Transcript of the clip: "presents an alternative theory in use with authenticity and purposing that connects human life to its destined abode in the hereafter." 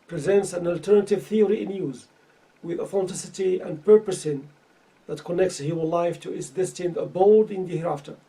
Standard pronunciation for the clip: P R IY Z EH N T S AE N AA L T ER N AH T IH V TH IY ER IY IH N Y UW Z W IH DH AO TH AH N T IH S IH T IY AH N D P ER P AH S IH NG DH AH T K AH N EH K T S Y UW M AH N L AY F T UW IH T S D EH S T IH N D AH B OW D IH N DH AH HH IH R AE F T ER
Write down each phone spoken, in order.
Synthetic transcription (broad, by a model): P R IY Z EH N T S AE N AA L T ER N AH T IH V TH IY ER IY IH N Y UW Z W IH DH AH F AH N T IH S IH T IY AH N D P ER P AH S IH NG DH AH T K AH N EH K T S Y UW M AH N L AY F T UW IH T S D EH S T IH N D AH B OW D IH N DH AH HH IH R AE F T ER